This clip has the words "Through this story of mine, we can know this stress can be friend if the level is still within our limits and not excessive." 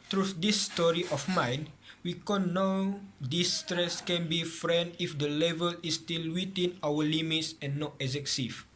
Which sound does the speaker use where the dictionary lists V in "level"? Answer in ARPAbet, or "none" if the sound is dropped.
V